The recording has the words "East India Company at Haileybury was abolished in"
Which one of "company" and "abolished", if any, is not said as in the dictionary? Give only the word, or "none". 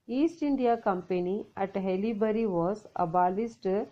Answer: abolished